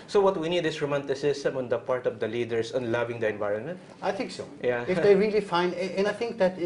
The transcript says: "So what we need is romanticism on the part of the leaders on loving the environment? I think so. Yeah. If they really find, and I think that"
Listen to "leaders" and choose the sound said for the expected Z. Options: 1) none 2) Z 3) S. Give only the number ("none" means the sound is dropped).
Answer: 3